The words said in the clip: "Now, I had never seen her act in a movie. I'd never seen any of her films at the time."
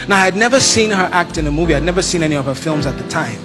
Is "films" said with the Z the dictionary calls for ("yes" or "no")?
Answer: yes